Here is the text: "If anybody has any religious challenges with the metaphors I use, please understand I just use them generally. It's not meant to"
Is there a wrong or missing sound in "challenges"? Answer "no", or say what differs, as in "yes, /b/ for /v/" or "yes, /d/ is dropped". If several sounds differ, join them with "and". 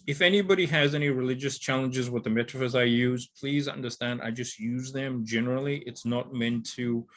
no